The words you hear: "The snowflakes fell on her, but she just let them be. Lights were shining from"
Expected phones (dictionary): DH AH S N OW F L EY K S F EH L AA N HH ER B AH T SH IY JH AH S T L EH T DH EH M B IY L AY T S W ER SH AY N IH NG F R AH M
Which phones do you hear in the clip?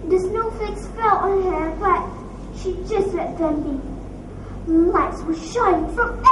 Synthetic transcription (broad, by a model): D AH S N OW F EY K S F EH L AA N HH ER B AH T SH IY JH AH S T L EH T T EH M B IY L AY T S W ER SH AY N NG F R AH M